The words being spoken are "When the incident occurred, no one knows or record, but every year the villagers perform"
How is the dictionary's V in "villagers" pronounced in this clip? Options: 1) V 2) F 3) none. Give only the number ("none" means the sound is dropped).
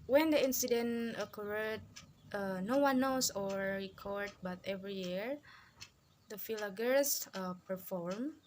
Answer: 2